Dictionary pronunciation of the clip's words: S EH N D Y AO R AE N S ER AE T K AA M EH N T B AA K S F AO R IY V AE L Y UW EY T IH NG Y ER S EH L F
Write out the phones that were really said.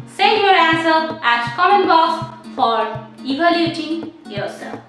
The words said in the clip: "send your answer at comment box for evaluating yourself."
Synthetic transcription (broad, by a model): S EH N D Y AO R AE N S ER AE T K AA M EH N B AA S F AO R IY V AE L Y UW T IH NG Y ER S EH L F